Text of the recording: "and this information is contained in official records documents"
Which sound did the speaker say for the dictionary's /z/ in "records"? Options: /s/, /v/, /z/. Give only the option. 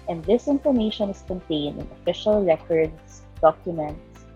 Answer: /s/